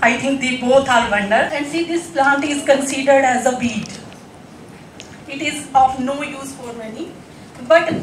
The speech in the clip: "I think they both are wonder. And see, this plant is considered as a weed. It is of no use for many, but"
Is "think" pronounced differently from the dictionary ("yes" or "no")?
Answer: yes